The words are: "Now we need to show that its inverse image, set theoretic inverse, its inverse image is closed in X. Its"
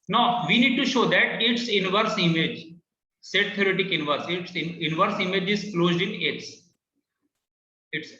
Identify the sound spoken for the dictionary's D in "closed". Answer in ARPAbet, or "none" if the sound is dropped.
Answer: D